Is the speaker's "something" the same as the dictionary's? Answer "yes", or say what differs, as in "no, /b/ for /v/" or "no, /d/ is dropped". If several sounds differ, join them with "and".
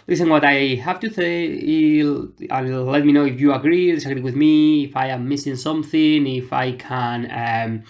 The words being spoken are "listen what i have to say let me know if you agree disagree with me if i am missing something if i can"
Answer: yes